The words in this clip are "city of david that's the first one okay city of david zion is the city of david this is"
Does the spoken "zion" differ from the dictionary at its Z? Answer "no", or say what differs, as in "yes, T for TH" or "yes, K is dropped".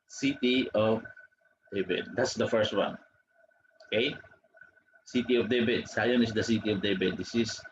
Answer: yes, S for Z